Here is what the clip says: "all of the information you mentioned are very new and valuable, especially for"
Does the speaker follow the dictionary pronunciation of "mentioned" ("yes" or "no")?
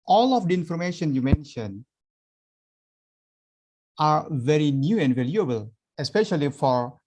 no